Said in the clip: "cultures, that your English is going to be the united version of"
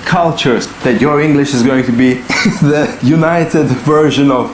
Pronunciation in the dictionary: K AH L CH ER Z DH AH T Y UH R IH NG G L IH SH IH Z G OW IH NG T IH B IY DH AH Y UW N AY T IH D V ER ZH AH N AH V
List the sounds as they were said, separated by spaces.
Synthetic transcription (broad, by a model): K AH L CH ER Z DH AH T Y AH R IH NG G L IH SH IH Z G OW IH NG T IH B IY DH AH Y UW N AY T IH D V ER ZH AH N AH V